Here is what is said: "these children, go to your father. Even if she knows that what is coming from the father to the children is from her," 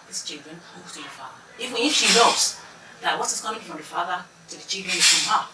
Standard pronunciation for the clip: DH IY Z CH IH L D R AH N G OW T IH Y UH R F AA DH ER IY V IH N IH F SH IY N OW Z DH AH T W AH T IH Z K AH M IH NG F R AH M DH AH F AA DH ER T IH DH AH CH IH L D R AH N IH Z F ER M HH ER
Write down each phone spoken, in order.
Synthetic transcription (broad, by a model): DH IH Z CH IH L D R AH N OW T IH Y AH R F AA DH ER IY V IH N IH F SH IY L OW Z DH AH T W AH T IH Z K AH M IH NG F R AH M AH F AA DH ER T IH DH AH CH IH L D R AH N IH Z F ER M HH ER